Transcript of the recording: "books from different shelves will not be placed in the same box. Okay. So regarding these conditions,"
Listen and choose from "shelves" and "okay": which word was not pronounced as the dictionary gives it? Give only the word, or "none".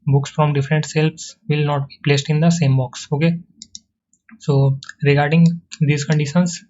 shelves